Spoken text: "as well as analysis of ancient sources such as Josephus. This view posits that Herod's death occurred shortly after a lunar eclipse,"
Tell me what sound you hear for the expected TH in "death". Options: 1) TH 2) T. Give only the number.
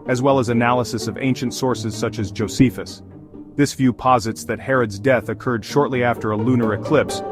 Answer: 1